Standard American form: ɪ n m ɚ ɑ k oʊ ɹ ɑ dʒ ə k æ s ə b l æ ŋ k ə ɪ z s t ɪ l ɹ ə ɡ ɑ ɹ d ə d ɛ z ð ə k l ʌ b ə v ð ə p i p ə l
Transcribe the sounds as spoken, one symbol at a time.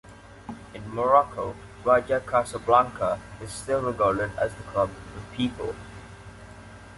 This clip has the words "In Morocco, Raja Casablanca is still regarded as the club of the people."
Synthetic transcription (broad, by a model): ɪ n m ɚ ɑ k oʊ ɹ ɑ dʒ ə k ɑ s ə b l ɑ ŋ k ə ɪ z s t ɪ l ɹ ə ɡ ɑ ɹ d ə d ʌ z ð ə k ʌ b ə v p i p ə l